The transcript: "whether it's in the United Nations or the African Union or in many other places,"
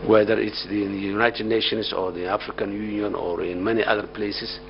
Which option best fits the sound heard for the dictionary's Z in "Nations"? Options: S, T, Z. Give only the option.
S